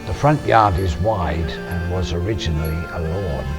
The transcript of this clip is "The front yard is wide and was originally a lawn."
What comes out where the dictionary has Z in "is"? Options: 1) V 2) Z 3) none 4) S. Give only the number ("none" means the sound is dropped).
2